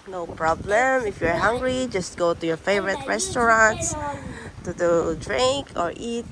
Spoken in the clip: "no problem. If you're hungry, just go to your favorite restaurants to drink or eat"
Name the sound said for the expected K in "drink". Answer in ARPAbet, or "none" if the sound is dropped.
K